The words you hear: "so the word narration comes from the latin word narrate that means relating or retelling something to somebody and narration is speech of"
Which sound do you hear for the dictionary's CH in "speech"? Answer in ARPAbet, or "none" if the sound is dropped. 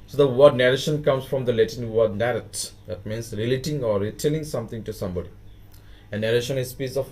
S